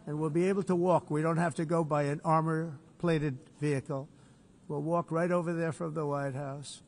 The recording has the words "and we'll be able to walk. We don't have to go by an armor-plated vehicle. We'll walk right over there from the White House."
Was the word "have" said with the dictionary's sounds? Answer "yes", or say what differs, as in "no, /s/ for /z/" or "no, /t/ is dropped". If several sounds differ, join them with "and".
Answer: no, /f/ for /v/